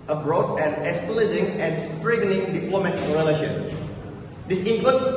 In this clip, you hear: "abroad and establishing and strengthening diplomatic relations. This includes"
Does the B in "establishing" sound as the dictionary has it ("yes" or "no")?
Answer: no